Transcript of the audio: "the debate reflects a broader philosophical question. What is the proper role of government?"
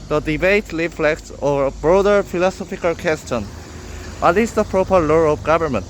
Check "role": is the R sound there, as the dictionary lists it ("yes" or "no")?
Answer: no